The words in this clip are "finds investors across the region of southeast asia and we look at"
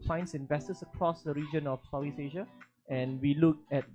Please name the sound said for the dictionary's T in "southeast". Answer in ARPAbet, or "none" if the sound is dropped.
none